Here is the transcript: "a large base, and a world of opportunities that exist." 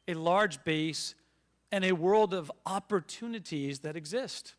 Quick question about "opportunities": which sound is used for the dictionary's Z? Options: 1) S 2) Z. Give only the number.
2